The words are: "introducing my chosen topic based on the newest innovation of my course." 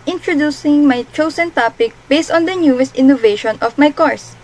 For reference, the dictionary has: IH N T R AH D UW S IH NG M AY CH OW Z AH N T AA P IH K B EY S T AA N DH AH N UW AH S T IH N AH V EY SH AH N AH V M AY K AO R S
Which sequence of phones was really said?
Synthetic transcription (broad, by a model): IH N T R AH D UW S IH NG M AY CH OW S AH N T AA P IH K B EY S T AA N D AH N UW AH S T IH N AH V EY SH AH N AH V M AY K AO R S